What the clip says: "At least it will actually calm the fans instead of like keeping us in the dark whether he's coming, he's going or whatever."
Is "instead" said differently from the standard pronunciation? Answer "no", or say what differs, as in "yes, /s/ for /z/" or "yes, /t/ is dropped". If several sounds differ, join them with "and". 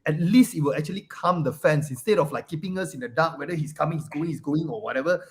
no